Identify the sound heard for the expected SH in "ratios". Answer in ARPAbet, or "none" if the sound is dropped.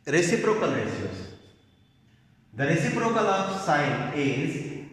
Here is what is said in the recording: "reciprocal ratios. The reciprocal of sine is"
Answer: S